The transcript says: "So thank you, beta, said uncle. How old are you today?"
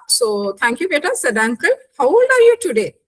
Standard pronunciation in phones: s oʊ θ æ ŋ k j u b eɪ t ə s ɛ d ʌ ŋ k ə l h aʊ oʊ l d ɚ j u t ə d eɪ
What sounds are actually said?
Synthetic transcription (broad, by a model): s oʊ t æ ŋ k j u b eɪ t ə s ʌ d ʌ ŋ k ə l h aʊ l ɚ j u t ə d eɪ